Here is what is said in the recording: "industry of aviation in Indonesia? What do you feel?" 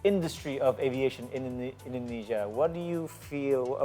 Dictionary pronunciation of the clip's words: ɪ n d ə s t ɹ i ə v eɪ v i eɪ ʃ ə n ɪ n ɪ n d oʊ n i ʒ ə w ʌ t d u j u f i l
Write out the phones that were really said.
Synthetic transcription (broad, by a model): ɪ n d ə s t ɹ i ə v eɪ v i eɪ ʃ ə n ɪ n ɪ n d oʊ n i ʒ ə w ʌ t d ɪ j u f i l